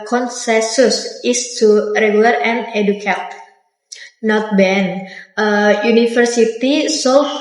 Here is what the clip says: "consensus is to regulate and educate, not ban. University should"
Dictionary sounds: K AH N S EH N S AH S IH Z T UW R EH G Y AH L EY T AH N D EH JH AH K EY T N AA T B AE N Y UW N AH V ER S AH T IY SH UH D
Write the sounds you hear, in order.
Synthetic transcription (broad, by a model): K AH N S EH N S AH S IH S T UW R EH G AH L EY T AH N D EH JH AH K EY T N AA T B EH N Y UW N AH F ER S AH T IY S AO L